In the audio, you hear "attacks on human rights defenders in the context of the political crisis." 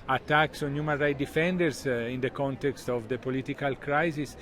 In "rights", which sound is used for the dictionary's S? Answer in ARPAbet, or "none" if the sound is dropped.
none